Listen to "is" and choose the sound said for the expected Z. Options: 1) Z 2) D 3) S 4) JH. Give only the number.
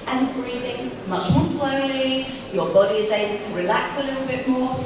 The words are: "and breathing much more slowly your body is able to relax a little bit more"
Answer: 1